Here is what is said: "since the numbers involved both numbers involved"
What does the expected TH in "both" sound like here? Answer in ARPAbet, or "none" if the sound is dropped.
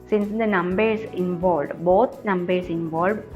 T